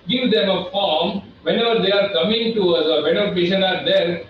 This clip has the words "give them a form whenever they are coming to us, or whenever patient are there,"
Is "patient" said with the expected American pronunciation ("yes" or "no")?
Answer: no